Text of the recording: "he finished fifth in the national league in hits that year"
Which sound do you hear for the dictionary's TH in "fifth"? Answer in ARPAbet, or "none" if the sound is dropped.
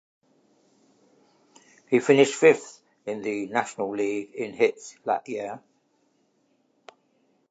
TH